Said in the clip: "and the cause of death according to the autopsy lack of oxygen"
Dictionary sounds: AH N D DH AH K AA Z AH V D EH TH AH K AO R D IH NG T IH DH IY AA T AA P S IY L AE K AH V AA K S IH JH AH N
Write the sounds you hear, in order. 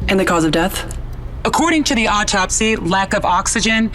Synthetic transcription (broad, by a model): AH N DH AH K AA Z AH V D EH TH AH K AO R D IH NG T IH DH IY AA T AA P S IY L AE K AH V AA K S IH JH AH N